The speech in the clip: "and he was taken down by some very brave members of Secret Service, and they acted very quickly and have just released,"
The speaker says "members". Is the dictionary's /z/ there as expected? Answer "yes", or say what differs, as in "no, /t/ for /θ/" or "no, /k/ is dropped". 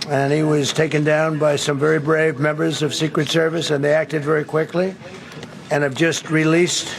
yes